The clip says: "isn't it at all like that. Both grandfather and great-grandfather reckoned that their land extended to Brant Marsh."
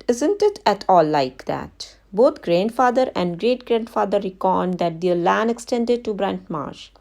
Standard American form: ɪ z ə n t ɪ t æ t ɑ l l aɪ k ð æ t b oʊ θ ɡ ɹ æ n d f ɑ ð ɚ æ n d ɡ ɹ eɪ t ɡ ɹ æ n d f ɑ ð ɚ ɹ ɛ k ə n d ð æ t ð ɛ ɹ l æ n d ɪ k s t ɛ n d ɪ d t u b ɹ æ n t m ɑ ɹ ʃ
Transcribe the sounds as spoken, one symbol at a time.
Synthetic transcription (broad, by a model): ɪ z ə n t ɪ t æ t ɑ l l aɪ k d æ t b oʊ t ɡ ɹ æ n d f ɑ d ɚ æ n d ɡ ɹ eɪ t ɡ ɹ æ n d f ɑ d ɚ ɹ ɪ k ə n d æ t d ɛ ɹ l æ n ɪ k s t ɛ n d ɪ d t u b ɹ æ n t m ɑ ɹ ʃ